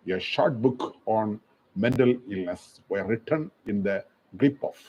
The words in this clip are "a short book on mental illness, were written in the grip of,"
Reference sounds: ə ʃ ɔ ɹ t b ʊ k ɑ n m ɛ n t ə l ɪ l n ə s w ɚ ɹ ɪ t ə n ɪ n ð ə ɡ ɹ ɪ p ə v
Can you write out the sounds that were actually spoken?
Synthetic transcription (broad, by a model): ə ʃ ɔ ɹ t b ʊ k ɑ n m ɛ n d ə l ɪ l n ə s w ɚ ɹ ɪ t ə n ɪ n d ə ɡ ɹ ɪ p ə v